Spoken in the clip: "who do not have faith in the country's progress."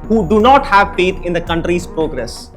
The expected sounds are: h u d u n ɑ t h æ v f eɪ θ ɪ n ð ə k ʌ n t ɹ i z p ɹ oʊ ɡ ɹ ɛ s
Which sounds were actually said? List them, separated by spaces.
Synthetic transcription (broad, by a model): h u d u n ɑ t h æ v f eɪ t ɪ n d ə k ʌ n t ɹ i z p ɹ oʊ ɡ ɹ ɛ s